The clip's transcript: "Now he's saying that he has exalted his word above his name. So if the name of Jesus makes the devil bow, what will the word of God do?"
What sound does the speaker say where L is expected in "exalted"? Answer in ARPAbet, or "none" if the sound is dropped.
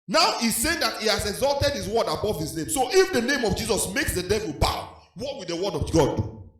L